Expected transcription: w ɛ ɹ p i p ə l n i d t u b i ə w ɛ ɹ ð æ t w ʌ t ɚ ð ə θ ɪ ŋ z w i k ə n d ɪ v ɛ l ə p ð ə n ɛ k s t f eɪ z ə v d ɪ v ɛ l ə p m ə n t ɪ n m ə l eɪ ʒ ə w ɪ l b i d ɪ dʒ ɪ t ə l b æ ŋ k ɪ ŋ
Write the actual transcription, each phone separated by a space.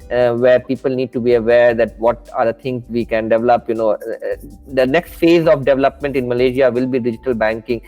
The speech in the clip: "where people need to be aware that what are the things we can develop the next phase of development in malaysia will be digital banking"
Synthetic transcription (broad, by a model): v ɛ ɹ p i p ə l n i d t u b i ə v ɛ ɹ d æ t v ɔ t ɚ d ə t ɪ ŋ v i k ə n d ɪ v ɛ l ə p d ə n ɛ k s t f eɪ z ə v d ɪ v ɛ l ə p m ə n t ɪ n m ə l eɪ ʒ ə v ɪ l b i d ɪ dʒ ɪ t ə l b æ ŋ k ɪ ŋ